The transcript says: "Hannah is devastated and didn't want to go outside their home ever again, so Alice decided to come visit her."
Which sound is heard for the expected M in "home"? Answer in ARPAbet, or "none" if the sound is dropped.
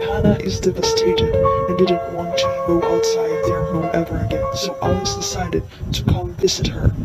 none